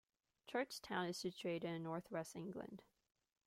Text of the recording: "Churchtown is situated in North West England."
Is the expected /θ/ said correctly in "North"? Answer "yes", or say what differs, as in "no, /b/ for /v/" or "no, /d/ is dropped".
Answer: yes